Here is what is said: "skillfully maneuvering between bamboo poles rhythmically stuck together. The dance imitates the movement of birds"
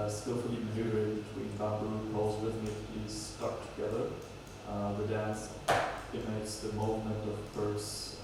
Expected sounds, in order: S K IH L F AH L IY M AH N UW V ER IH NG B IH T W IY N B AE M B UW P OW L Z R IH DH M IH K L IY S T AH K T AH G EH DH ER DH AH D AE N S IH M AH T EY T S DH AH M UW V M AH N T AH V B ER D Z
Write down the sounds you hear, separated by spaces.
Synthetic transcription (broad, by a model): S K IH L F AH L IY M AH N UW ER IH B IH T W IY N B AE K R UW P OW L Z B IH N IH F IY S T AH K T AH G EH DH ER DH AH D AE N S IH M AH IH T S DH AH M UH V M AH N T AH V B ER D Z